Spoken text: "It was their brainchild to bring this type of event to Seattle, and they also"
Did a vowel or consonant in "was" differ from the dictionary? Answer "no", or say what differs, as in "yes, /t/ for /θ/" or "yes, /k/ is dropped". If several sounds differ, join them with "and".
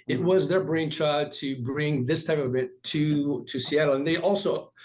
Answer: no